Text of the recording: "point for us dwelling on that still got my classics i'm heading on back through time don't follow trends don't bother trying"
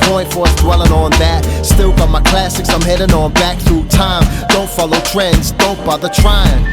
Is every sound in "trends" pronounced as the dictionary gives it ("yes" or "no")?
yes